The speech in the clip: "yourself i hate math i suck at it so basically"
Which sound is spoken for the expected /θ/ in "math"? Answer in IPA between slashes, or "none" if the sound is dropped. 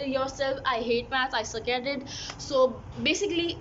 /s/